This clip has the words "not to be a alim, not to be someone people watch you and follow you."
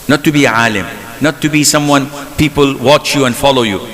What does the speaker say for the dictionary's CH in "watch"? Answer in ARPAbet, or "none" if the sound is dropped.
CH